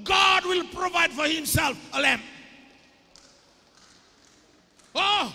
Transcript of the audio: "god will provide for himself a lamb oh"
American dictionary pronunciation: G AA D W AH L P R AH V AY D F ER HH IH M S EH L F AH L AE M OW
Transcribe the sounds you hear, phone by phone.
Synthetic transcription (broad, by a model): G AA D W AH L P R AH V AY D F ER HH IH M S EH L F AH L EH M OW